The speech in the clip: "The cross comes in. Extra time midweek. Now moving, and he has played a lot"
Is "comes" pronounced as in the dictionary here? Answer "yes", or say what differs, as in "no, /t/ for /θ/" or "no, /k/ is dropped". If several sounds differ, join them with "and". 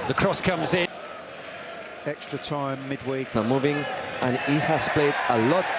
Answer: yes